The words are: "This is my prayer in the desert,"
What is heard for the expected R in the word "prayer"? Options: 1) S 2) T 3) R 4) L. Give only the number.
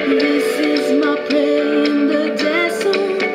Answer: 4